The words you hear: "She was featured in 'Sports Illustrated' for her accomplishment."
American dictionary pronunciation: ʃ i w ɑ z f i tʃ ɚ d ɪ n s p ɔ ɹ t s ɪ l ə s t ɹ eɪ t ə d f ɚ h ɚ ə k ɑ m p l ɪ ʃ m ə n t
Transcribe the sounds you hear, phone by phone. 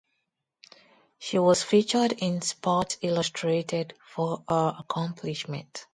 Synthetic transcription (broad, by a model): ʃ i w ɑ s f i tʃ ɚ d ɪ n s p ɔ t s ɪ l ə s t ɹ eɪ t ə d f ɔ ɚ ə k ɑ m p l ɪ ʃ m ə n t